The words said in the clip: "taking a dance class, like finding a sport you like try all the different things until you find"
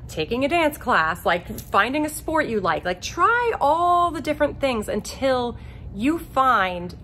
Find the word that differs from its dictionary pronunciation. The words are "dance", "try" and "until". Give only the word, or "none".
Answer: none